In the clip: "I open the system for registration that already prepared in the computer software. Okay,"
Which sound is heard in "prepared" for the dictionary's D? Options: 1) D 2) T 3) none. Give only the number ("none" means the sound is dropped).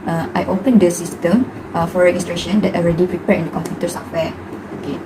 3